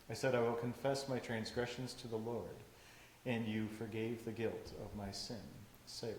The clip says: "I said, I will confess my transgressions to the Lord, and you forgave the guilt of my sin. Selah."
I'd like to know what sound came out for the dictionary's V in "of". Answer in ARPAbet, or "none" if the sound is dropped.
V